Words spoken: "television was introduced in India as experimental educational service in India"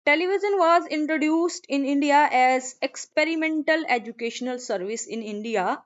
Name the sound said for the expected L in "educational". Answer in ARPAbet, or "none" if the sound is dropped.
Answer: L